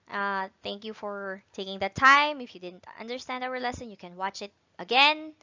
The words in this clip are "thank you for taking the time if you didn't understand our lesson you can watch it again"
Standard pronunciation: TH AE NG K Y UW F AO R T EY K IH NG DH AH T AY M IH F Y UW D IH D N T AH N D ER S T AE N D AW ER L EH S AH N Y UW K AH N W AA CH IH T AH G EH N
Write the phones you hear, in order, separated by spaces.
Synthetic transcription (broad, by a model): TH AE NG K Y UW F AO R T EY K IH NG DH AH T AY M IH F Y UW D IH D N T AH N D ER S T AE N D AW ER L EH S AH N Y UW K AH N W AA CH IH T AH G EH N